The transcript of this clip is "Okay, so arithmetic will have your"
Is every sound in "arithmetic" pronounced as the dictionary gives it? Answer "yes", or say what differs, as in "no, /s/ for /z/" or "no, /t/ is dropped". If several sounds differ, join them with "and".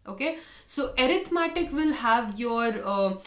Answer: no, /t/ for /θ/